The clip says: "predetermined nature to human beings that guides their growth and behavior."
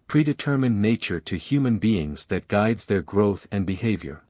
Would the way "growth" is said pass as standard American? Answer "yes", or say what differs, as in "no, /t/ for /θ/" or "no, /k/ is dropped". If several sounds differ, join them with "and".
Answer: yes